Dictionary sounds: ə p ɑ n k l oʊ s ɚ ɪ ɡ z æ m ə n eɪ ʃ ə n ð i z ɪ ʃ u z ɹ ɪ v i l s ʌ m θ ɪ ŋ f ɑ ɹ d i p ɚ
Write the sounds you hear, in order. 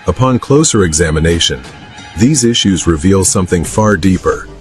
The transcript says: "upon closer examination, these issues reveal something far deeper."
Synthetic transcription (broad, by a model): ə p ɑ n k l oʊ s ɚ ɪ ɡ z æ m ə n eɪ ʃ ə n ð i z ɪ ʃ u z ɹ ɪ v i l s ʌ m θ ɪ ŋ f ɑ ɹ d i p ɚ